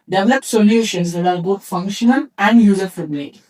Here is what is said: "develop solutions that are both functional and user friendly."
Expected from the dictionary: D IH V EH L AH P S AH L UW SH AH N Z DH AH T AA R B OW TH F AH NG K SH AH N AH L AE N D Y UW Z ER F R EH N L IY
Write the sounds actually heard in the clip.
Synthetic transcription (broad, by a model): D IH V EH L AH P S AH L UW SH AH N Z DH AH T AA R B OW T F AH NG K SH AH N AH N AE N D Y UW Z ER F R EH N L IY